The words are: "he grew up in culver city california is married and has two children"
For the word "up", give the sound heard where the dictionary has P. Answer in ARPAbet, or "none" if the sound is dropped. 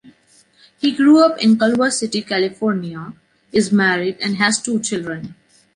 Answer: P